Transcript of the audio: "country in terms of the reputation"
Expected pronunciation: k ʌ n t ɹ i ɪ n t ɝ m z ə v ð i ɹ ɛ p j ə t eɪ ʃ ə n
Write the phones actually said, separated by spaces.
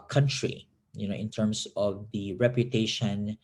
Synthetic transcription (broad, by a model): k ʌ n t ɹ i ɪ n t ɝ m s ə v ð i ɹ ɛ p j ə t eɪ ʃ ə n